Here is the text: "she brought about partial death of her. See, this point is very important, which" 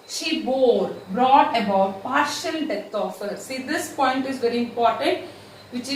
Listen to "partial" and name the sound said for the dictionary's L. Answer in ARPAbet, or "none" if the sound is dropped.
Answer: L